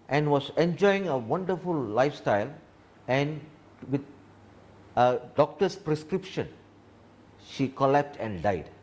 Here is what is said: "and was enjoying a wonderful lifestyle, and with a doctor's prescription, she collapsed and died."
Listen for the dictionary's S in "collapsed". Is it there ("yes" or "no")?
no